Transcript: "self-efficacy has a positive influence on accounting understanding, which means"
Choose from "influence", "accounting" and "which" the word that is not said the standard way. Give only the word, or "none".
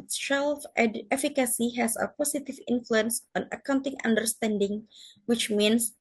none